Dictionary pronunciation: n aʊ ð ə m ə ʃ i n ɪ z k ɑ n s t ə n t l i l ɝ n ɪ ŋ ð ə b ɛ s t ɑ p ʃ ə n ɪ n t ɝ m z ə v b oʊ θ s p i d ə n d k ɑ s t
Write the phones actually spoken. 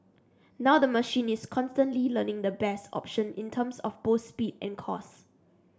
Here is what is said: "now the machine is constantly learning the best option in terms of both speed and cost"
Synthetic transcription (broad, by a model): n aʊ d ə m ə ʃ i n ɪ s k ɑ n s t ə n t l i l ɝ n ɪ ŋ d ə b ɛ s t ɑ p ʃ ə n ɪ n t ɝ m s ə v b oʊ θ s p i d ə n k ɑ s